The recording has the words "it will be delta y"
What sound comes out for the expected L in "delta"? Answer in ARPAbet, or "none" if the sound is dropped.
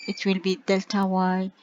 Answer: L